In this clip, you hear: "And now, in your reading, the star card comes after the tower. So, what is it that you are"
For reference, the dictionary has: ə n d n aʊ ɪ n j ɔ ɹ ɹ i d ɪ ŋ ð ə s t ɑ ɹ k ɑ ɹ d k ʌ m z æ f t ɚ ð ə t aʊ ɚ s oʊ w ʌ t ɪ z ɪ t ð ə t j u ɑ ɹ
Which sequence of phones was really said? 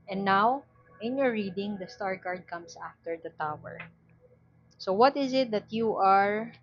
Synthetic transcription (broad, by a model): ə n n aʊ ɪ n j ɔ ɹ ɹ i d ɪ ŋ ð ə s t ɑ ɹ k ɑ ɹ d k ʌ m s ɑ f t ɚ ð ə t aʊ ɚ s oʊ w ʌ t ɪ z ɪ t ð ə t j u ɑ ɹ